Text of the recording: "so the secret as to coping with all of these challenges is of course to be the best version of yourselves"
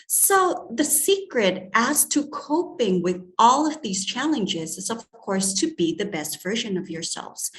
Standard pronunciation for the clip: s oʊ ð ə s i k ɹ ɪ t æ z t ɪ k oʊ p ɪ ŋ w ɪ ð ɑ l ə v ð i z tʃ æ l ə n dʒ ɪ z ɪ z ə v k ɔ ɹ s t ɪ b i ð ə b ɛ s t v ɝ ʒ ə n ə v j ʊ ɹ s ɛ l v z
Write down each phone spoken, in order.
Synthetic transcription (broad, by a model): s oʊ ð ə s i k ɹ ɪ t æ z t ɪ k oʊ p ɪ ŋ w ɪ ð ɑ l ə v ð i z tʃ æ l ə n dʒ ɪ z ɪ z ə v k ɔ ɹ s t ɪ b i ð ə b ɛ s t v ɝ ʒ ə n ə v j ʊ ɹ s ɛ l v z